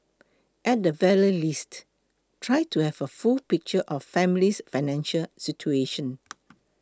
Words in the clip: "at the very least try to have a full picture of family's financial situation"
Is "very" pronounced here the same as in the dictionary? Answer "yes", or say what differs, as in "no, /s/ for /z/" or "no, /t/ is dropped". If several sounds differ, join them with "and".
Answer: no, /l/ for /ɹ/